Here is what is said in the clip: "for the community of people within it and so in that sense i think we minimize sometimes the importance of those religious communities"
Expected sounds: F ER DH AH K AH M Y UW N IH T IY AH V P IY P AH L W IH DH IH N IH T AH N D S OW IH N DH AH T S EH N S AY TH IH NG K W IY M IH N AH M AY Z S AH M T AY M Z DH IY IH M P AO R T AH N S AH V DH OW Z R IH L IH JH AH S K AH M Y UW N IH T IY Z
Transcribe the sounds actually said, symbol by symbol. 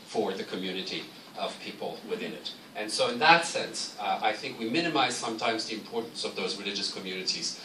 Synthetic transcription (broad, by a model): F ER DH AH K AH M Y UW N IH T IY AH V P IY P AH L W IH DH IH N IH T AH N S OW IH N DH AH T S EH N S AY TH IH NG K W IY M IH N AH M AY Z S AH M T AY M Z DH IY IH M P AO R T N S AH V DH OW Z R IH L IH JH AH S K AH M Y UW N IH T IY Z